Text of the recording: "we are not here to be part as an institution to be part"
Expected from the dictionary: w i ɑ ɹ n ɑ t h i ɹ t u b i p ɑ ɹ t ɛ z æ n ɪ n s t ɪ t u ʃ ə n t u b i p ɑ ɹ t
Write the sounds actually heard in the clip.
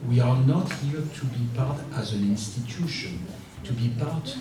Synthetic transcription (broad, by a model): w i ɑ ɹ n ɑ t h i ɹ t u b i p ɑ ɹ t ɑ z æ n ɪ n s t ɪ t u ʃ ə n t u b i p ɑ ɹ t